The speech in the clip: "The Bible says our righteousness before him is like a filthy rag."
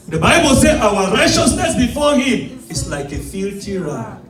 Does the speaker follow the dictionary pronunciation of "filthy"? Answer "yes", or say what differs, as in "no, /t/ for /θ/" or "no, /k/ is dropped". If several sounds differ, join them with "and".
no, /t/ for /θ/